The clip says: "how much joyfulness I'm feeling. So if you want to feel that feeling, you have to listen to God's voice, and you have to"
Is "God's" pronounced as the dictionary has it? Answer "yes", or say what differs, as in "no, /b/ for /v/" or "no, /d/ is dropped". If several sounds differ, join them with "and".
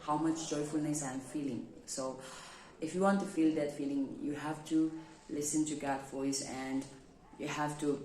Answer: no, /z/ is dropped